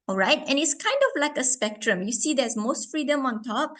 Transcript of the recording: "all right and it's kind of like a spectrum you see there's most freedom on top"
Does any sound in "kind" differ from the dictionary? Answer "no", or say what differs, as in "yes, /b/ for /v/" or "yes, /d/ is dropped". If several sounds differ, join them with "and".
no